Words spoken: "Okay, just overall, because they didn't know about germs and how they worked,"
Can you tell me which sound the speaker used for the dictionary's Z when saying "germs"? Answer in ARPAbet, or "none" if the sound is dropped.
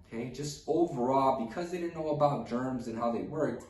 Z